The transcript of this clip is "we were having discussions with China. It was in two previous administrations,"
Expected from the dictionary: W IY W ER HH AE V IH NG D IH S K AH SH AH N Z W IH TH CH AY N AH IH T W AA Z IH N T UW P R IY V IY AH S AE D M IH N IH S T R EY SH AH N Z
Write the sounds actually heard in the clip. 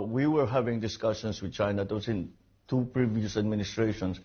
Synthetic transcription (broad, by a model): W IY W ER HH AE V IH NG D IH S K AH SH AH N S W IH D CH AY N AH IH T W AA S IH N T UW P R IY V IY AH S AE D M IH N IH S T R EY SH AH N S